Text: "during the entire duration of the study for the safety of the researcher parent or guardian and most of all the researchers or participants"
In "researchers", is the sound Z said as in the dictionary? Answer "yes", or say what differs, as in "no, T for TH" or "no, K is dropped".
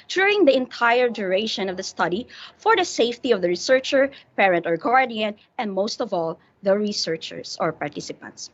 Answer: no, S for Z